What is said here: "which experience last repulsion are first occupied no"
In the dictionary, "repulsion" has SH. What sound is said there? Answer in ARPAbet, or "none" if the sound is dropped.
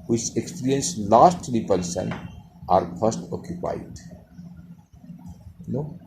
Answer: S